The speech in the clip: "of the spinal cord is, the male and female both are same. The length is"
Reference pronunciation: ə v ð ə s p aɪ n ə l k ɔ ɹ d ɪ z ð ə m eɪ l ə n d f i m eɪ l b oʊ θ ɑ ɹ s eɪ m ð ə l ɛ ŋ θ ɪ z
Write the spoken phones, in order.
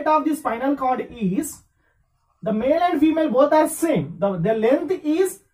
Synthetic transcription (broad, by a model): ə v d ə s f aɪ n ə l k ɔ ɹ d ɪ z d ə m eɪ l ə n d f i m eɪ l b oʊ t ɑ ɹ s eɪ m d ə l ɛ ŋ t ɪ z